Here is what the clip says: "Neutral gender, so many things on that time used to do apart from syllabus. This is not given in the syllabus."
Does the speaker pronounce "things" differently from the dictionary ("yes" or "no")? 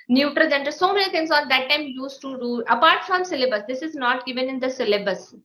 yes